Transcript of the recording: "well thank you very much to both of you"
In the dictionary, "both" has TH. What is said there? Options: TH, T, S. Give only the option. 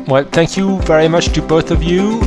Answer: TH